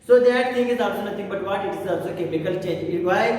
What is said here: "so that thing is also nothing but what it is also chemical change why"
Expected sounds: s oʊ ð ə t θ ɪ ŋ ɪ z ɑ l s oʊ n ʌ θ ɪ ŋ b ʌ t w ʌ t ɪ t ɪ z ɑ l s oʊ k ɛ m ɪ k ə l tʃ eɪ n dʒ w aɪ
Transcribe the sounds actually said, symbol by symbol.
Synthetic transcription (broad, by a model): s oʊ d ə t t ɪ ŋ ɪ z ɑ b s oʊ n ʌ t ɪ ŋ b ʌ t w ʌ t ɪ t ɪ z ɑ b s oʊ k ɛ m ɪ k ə l tʃ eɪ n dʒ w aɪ